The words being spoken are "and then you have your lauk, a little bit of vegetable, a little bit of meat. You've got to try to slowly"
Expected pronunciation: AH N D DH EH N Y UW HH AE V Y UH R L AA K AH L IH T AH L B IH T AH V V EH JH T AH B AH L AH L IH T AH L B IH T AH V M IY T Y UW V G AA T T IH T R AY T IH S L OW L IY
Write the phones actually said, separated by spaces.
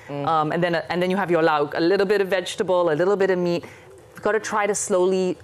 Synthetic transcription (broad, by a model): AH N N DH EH N Y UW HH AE V Y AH R L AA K AH L IH T L B IH T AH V V EH JH T AH B AH L AH L IH T L B IH T AH V M IY T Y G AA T T IH T R AY T IH S L OW L IY